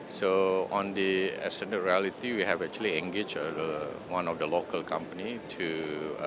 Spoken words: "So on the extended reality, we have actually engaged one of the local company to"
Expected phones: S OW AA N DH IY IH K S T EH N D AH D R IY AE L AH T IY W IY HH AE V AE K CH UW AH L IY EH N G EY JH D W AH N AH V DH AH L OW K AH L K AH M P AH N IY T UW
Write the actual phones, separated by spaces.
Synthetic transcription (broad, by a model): S OW AA N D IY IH S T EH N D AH R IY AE L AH T IY W IY HH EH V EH K CH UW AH L IY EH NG G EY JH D W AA N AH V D AH L OW K AH L K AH M P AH N IY T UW